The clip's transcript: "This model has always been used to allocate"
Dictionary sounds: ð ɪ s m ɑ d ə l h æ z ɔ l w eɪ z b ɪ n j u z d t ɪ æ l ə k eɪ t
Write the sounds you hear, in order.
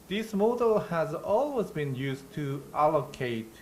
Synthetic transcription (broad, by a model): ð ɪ s m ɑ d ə l h æ z ɔ l w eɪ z b ɪ n j u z t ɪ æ l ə k eɪ t